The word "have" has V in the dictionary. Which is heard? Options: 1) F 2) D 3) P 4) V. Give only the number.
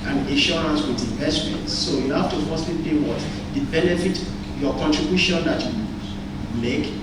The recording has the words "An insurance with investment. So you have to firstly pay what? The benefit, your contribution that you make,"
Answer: 1